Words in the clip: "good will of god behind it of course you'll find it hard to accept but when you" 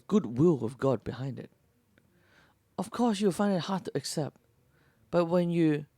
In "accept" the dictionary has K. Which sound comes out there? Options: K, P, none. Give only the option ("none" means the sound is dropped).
K